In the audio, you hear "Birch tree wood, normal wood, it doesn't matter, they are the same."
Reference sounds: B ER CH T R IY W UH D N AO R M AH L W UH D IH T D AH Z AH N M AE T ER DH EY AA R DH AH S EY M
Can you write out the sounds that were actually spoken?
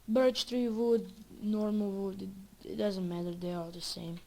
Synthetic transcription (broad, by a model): B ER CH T R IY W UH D N AO R M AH L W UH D IH T D AH Z AH N M AE T ER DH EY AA L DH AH S EY M